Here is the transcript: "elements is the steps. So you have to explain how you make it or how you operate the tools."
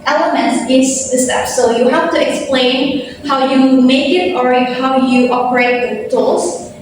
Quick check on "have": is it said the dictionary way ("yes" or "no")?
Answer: no